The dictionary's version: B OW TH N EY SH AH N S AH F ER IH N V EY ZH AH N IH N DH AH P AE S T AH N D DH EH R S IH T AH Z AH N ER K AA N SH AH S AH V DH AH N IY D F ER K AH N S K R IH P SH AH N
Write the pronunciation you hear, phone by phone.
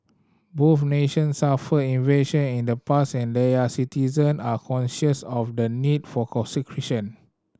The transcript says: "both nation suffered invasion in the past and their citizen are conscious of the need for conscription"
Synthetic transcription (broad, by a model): B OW F N EY SH AH N S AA F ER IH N V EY SH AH N IH N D AH P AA S AH N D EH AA S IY T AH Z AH N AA K AA N SH AH S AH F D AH N IY D F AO K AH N S K R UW SH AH N